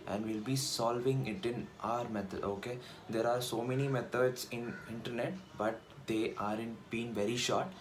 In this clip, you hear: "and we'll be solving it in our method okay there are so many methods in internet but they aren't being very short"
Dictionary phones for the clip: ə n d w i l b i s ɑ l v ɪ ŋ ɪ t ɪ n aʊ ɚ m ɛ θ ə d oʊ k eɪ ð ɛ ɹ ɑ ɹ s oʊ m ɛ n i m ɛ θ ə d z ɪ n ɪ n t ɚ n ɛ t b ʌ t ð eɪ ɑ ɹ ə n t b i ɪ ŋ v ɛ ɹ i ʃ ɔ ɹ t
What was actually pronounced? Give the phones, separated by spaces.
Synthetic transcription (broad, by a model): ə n d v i l b i s ɑ l v ɪ ŋ ɪ t ɪ n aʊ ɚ m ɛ t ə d oʊ k eɪ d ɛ ɹ ɑ ɹ s oʊ m ɛ n i m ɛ t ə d s ɪ n ɪ n t ɚ n ɛ t b ʌ t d eɪ ɑ ɹ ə n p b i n v ɛ ɹ i ʃ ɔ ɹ t